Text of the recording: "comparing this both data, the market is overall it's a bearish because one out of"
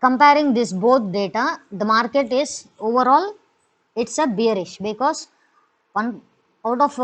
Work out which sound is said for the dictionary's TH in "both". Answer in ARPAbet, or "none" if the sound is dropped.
T